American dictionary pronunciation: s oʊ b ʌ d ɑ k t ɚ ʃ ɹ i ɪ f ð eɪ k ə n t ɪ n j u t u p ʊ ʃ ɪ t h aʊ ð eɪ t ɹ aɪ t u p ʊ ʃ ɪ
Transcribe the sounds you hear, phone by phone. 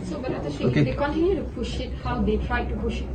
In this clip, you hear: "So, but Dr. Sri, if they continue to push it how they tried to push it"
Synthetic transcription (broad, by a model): s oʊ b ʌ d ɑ t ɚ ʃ i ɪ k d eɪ k ə n t ɪ n j u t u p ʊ ʃ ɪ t h aʊ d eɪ t ɹ aɪ t u p ʊ ʃ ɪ